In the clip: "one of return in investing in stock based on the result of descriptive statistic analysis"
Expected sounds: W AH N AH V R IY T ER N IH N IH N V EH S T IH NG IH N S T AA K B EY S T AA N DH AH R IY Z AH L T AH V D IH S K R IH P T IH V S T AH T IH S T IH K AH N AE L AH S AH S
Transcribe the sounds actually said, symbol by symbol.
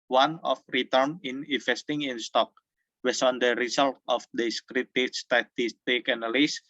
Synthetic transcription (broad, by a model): W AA N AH F R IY T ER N IH N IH N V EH S T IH NG IH N S T AA K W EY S AA N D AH R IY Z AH L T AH F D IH S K R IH T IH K S T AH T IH S T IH K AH N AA L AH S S